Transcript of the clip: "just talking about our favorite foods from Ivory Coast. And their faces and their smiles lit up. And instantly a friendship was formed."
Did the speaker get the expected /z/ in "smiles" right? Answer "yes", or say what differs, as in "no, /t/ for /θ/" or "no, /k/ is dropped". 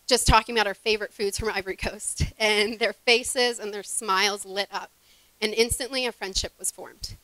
yes